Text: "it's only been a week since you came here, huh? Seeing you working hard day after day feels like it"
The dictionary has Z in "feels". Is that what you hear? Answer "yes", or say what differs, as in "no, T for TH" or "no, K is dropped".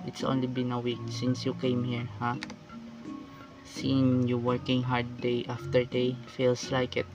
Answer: no, S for Z